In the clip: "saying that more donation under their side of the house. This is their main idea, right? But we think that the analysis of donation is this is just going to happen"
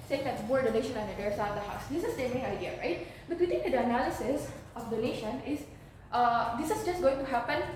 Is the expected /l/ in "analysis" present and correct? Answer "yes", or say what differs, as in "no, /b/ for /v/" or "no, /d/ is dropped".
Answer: yes